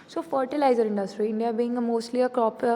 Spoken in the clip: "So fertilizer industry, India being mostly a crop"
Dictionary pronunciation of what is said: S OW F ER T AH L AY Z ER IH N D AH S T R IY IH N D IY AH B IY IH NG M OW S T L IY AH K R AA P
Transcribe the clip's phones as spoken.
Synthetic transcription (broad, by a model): S OW F ER T AH L AY Z ER IH N D AH S T R IY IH N D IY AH B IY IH NG M OW S T L IY AH K R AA P